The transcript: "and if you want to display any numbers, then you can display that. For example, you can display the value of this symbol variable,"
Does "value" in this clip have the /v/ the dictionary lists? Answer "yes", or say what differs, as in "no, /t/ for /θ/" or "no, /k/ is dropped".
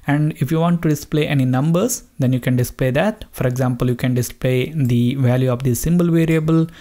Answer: yes